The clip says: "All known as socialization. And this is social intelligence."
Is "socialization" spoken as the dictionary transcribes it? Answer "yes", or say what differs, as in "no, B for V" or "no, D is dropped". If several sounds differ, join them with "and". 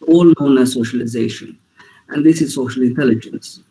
yes